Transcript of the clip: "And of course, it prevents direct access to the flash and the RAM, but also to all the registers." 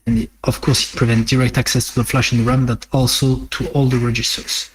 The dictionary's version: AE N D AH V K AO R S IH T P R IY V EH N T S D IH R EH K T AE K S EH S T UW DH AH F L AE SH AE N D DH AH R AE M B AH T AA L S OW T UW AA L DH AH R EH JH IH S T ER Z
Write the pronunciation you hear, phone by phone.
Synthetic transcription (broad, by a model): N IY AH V K AO R S IH T P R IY V EH N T D IH R EH K T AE K S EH S T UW DH AH F L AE SH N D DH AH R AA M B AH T AA L S OW T UW AA L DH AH R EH JH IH S T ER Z